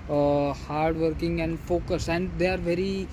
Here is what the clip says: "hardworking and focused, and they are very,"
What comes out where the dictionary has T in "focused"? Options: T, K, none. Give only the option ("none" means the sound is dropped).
none